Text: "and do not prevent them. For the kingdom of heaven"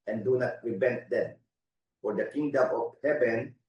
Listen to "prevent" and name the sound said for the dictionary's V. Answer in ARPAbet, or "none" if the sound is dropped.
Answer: B